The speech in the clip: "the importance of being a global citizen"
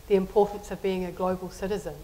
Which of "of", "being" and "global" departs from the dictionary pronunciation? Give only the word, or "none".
none